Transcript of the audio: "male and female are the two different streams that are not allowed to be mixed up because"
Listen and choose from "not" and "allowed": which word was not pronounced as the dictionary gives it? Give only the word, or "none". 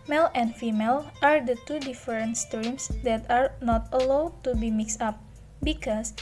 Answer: none